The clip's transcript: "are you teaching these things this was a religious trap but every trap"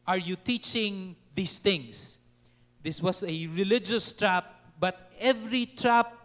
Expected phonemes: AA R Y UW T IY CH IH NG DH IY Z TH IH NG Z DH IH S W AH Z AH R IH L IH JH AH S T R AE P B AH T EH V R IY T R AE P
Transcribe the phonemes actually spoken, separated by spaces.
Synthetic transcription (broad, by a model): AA R Y UW T IY CH IH NG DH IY S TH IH NG S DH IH S W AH S AH R IH L IH JH AH S T R AE P B AH T EH V R IY T R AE P